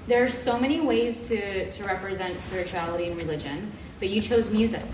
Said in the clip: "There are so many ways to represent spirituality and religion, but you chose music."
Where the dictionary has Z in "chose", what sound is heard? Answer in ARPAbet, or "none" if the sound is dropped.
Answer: Z